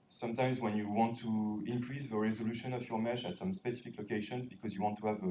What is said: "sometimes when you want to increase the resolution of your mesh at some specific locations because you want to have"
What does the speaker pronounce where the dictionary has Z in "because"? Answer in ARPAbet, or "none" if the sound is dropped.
Z